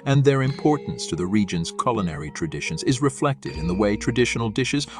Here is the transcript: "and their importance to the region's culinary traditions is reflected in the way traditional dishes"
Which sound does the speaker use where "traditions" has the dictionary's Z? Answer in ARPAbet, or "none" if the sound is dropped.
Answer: Z